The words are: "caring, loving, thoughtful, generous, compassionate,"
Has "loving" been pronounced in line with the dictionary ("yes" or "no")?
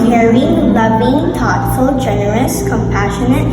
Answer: no